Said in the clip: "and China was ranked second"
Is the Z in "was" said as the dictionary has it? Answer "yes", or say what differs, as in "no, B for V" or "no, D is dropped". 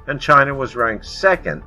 yes